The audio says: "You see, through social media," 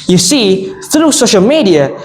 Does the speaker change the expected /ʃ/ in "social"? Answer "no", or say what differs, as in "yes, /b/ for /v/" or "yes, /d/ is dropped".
no